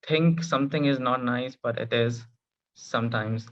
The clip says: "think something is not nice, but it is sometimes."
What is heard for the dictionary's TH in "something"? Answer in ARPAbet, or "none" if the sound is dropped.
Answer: T